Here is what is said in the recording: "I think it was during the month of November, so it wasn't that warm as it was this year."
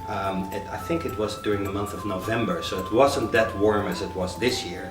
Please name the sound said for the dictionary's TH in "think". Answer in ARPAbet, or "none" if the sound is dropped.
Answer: TH